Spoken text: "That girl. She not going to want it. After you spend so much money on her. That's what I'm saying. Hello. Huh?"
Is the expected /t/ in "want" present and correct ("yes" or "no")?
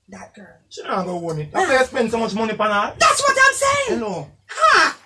no